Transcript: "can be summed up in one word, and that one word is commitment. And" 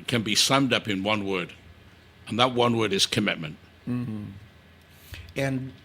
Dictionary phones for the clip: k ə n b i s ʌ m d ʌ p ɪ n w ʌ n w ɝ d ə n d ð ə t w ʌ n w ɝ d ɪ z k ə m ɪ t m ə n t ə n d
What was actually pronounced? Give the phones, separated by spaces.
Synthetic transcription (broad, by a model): k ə n b i s ʌ m d ʌ p ɪ n w ʌ n w ɝ d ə n ð ə t w ʌ n w ɝ d ɪ z k ə m ɪ t m ə n t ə n